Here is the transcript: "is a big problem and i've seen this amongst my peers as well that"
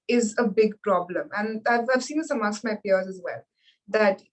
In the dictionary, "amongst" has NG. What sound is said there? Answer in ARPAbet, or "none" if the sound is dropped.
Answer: none